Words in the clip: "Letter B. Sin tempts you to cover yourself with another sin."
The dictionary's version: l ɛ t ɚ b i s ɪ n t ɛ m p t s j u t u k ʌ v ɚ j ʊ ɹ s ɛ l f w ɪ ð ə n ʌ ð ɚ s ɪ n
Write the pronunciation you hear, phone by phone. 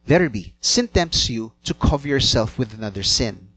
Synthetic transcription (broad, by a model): l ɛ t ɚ b i s ɪ n t ɛ m p t s j u t u k ʌ v ɚ j ʊ ɹ s ɛ l f w ɪ ð ə n ʌ ð ɚ s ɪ n